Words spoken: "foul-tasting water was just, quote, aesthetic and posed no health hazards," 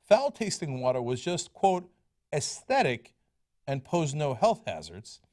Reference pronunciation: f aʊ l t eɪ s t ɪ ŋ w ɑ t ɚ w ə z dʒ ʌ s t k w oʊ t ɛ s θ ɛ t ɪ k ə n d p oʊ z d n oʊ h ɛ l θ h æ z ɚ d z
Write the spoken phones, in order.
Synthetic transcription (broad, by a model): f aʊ l t eɪ s t ɪ ŋ w ɑ t ɚ w ə z dʒ ʌ s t k w oʊ t ɛ s θ ɛ t ɪ k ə n p oʊ z n oʊ h ɛ l θ h æ z ɚ d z